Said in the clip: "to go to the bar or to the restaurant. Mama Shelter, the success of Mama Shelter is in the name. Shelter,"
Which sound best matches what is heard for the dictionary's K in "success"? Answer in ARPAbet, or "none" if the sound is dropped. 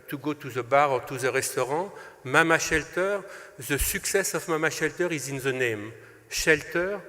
K